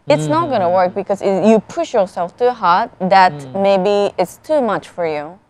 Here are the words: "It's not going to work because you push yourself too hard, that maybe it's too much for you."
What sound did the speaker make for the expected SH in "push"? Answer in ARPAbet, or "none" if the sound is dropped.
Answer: SH